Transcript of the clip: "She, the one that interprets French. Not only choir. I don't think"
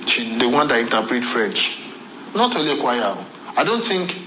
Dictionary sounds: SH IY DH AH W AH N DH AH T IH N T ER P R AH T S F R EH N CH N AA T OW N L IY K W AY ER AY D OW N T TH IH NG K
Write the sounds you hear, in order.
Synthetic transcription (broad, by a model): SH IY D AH W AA N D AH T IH N T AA P R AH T F R EH N CH N AA T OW L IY K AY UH AY D OW N T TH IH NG K